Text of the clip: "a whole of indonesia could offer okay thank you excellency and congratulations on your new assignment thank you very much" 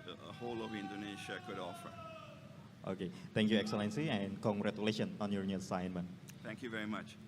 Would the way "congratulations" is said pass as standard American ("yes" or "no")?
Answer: no